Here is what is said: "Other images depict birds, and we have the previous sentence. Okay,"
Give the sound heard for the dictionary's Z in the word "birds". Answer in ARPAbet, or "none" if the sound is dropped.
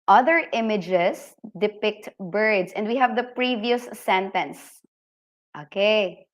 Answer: S